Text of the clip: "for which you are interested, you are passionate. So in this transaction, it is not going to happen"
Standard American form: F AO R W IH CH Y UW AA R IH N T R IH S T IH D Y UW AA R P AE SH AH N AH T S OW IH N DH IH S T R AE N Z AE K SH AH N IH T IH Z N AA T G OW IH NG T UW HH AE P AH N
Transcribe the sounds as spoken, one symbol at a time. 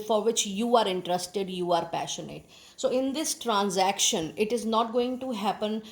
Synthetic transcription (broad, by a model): F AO R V IH CH Y UW AA R IH N T R IH S T IH D Y UW AA R P AE SH AH N AH T S OW IH N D IH S T R AE N Z AE K SH AH N IH T IH Z N AA T G OW IH NG T UW HH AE P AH N